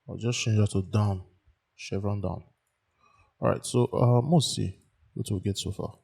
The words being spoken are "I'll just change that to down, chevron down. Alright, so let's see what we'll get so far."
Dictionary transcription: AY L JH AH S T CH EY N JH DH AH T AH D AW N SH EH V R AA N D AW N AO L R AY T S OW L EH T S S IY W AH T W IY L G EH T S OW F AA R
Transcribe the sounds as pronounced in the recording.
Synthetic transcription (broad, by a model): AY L JH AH S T CH EY N JH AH T AH D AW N SH EH V R AA N D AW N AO R AY T S OW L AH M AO S IY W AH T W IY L G EH T S OW F AA